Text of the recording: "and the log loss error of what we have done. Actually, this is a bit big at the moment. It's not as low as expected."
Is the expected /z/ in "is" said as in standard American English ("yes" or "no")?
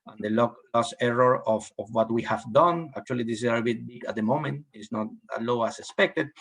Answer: no